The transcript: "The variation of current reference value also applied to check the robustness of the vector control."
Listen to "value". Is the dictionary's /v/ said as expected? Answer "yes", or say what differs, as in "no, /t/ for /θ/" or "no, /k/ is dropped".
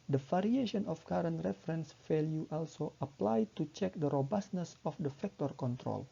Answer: no, /f/ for /v/